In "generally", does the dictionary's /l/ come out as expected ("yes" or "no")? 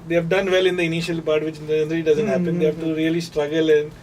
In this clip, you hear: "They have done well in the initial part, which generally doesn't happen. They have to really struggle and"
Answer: no